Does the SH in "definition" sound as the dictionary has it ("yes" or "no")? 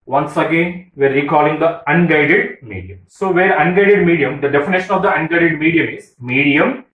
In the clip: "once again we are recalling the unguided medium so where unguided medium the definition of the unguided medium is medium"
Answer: yes